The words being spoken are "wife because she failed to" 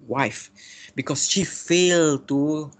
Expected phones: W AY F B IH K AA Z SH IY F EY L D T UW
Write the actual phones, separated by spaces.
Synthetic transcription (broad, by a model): W AY F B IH K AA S SH IY F EY L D T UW